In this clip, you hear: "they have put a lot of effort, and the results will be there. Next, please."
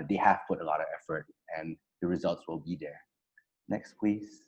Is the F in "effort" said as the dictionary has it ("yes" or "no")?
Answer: yes